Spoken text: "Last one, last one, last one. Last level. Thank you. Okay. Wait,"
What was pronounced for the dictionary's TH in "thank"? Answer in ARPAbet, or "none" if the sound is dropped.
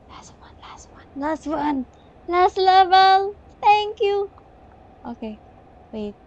T